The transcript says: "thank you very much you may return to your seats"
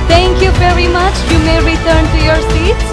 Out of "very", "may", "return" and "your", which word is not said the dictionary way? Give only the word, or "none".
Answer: none